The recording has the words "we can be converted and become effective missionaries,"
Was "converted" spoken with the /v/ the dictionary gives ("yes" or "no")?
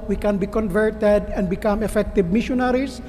yes